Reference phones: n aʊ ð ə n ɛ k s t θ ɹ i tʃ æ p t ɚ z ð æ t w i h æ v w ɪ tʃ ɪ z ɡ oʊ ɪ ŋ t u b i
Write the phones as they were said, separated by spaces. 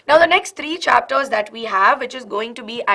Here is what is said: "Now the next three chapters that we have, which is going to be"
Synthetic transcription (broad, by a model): n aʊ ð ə n ɛ k s t t ɹ i tʃ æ p t ɚ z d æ t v i h æ v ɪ tʃ ɪ z ɡ oʊ ɪ ŋ t u b i